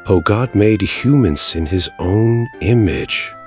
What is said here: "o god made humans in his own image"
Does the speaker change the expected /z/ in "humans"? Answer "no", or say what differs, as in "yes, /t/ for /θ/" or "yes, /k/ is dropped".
yes, /s/ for /z/